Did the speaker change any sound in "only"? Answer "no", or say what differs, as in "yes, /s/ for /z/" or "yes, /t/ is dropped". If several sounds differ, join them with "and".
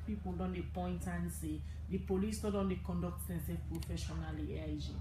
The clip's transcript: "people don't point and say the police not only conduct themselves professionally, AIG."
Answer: yes, /l/ is dropped